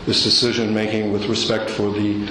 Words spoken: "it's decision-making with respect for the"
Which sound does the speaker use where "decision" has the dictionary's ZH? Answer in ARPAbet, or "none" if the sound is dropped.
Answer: ZH